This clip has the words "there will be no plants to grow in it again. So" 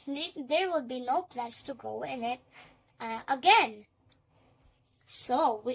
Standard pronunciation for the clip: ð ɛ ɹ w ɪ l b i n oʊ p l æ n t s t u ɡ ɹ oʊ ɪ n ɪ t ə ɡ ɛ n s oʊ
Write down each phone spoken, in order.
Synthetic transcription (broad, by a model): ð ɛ ɹ w ɪ l b i n oʊ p l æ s t u ɡ oʊ ɪ n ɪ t ə ɡ ɛ n s oʊ